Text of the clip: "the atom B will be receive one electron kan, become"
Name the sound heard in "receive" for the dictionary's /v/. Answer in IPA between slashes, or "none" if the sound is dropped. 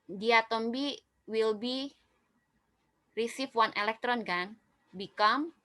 /f/